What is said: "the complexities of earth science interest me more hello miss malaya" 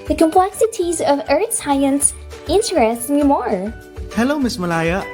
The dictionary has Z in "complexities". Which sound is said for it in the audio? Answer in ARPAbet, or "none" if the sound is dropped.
Z